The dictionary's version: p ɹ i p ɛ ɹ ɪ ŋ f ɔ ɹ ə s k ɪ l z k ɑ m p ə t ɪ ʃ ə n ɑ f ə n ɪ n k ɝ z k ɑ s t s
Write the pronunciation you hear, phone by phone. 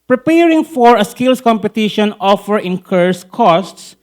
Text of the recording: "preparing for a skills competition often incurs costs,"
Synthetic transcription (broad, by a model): p ɹ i p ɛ ɹ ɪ ŋ f ɔ ɹ ə s k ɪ l s k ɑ m p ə t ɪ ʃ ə n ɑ f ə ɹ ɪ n k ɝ s k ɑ s t s